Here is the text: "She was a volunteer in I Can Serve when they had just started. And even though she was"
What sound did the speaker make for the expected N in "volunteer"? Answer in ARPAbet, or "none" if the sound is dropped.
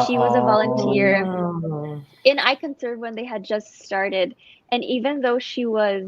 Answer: N